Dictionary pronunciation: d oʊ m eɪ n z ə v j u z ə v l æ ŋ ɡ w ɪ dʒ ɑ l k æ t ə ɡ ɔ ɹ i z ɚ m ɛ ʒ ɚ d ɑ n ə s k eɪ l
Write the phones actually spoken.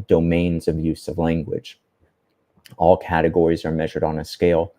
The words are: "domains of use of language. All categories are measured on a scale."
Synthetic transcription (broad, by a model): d oʊ m eɪ n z ə v j u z ə v l æ ŋ ɡ w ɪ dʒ ɑ l k æ t ə ɡ ɔ ɹ i z ɚ m ɛ ʒ ɚ d n ə s k eɪ l